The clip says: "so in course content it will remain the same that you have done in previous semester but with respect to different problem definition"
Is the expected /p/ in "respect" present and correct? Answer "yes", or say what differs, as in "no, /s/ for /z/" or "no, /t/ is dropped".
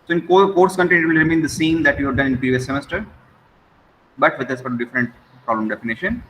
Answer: no, /f/ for /p/